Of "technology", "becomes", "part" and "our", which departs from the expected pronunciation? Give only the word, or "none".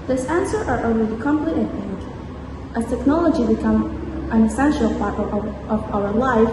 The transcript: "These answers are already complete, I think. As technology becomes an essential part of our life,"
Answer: becomes